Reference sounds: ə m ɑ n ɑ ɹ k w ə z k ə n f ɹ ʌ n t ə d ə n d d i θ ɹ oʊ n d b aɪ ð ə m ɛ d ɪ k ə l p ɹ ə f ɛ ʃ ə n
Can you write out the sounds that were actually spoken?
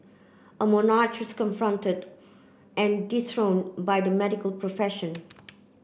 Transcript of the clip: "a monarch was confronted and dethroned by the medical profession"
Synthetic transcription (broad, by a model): ə m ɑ n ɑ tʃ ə s k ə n f ɹ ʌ n t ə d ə n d d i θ ɹ oʊ n b aɪ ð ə m ɛ d ɪ k ə l p ɹ ə f ɛ ʃ ə n